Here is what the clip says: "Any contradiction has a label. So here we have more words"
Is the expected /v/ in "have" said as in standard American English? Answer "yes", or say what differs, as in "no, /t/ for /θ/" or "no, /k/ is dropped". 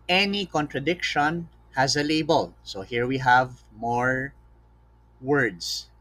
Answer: yes